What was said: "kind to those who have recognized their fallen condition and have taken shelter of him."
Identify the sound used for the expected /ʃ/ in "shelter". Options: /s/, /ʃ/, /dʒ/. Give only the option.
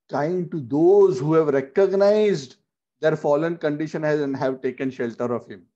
/ʃ/